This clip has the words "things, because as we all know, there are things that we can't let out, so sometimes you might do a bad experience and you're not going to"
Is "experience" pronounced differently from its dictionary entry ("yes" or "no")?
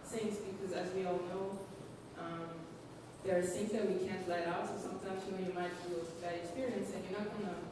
no